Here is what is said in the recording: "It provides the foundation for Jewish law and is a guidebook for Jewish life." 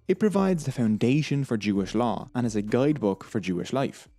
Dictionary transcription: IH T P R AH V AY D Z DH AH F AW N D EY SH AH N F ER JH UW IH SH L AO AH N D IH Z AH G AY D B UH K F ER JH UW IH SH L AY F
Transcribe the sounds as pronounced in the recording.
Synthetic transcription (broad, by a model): IH T P R AH V AY D Z DH AH F AW N D EY SH AH N F ER JH UW IH SH L AO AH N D IH Z AH G AY D B UH K F ER JH UW IH SH L AY F